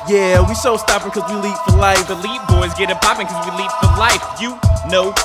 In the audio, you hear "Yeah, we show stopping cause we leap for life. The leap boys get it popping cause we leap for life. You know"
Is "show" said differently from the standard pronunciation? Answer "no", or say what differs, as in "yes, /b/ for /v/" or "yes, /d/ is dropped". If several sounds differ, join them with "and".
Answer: yes, /s/ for /ʃ/